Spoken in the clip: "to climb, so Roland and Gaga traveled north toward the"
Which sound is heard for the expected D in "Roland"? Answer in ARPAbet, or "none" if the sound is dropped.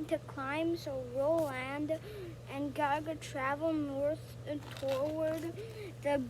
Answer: D